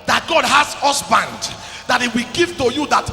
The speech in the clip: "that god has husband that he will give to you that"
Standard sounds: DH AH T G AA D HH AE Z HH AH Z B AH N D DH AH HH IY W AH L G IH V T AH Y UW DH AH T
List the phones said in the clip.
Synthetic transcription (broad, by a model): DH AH T G AA D HH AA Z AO S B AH N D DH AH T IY W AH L G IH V T AH Y UW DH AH T